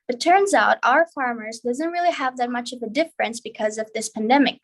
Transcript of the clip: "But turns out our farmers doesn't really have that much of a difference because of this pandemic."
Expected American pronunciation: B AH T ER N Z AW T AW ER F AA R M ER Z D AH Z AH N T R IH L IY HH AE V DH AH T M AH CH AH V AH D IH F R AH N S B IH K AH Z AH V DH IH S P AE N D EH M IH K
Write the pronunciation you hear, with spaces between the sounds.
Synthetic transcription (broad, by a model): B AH T ER N Z AW T AW ER F AA R M ER Z D AH Z AH N T R IH L IY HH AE V DH AH T M AH CH AH V AH D IH F R AH N S B IH K AH Z AH V DH IH S P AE N D EH M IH K